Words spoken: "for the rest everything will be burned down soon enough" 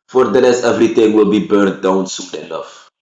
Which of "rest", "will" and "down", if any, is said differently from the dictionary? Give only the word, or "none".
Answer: rest